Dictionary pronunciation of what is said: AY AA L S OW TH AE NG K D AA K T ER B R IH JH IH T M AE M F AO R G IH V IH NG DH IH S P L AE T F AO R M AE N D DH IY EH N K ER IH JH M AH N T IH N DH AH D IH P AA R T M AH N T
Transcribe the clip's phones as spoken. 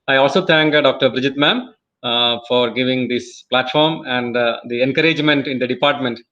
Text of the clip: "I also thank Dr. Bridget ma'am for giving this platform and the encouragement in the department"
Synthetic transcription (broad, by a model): AY AA L S OW T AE NG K D AA K T ER B R IH JH IH T M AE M F AO R G IH V IH NG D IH S P L AE T F AO R M AE N D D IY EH N K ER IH JH M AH N T IH N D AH D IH P AA R T M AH N T